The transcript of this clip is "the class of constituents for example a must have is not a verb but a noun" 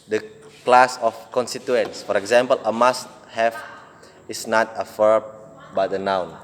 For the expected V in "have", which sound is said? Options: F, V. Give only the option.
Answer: F